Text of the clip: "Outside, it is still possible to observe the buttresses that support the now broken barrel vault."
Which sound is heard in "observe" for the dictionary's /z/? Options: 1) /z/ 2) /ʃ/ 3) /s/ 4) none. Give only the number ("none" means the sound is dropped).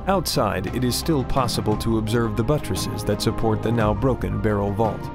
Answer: 1